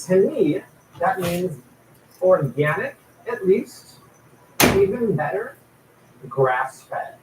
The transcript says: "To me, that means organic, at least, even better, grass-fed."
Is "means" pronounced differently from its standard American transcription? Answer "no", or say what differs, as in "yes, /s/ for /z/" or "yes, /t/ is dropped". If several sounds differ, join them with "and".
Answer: no